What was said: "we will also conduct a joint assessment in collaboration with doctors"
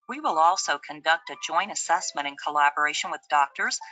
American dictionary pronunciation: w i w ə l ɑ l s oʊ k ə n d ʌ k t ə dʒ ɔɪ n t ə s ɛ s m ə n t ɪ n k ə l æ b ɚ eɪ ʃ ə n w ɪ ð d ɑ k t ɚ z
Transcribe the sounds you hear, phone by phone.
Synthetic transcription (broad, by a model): w i w ə l ɑ l s oʊ k ə n d ʌ k t ə dʒ ɔɪ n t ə s ɛ s m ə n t ɪ n k ə l æ b ɚ eɪ ʃ ə n w ɪ ð d ɑ k t ɚ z